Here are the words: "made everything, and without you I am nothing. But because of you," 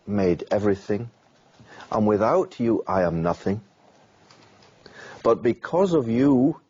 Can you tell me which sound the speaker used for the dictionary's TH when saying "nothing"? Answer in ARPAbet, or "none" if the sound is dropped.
TH